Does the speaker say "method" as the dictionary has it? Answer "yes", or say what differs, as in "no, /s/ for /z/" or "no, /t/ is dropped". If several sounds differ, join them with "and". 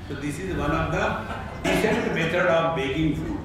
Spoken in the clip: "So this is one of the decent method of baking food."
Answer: no, /t/ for /θ/